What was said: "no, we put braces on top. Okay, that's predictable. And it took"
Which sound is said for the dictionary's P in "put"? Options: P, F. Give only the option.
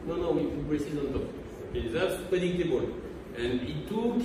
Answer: F